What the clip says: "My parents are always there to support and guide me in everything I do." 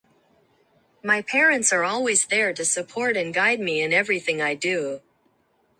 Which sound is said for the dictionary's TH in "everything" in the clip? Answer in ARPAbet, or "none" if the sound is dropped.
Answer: TH